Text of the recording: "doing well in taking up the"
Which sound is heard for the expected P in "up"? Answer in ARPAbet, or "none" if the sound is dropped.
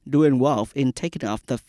F